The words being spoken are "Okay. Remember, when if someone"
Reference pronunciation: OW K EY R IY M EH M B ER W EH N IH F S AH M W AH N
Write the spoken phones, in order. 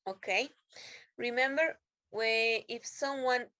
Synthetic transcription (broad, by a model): OW K EY R IY M EH M B ER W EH IH F S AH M W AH N